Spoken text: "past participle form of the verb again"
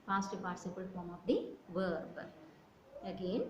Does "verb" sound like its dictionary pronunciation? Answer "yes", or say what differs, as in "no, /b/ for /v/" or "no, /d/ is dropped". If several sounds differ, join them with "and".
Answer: yes